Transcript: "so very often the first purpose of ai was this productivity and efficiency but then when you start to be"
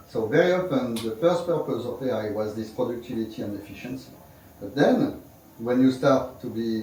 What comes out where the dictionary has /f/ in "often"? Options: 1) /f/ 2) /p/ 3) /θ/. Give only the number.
2